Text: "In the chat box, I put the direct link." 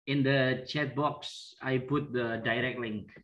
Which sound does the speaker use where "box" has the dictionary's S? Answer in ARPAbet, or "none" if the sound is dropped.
S